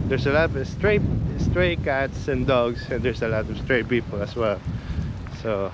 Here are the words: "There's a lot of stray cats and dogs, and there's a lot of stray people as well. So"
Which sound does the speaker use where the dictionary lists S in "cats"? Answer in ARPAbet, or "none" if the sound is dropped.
S